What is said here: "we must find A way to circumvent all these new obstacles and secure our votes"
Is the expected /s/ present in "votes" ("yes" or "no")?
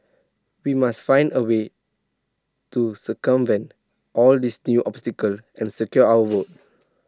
no